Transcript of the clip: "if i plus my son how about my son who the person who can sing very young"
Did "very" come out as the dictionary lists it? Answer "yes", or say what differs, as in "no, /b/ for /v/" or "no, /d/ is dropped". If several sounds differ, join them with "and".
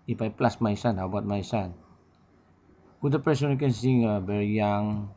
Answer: no, /b/ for /v/